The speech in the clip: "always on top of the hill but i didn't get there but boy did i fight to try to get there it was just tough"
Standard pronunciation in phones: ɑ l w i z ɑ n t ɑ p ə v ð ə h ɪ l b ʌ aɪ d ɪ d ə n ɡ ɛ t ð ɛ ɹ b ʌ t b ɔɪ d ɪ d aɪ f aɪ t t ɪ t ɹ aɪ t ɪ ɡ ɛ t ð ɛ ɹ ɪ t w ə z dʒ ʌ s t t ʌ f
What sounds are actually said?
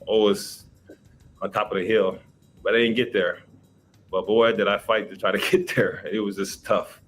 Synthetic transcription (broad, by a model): ɑ l w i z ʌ n t ɑ p ə v ð ə h ɪ l b ʌ aɪ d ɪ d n ɡ ɛ t ð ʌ ɹ b ʌ t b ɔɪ d ɪ d aɪ f aɪ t t ɪ t ɹ aɪ t ɪ ɡ ɛ t ð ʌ ɹ ɪ t w ə z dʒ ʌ s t t ʌ f